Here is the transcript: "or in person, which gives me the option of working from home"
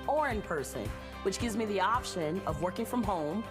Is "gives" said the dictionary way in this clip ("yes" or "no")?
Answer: yes